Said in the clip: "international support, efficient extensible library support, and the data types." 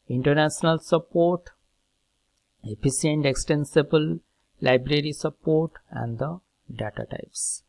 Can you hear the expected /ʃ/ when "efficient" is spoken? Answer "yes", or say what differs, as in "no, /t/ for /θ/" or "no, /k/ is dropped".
no, /s/ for /ʃ/